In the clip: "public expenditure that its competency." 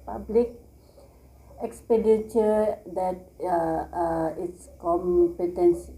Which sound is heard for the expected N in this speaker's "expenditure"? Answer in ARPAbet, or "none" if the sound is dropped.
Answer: none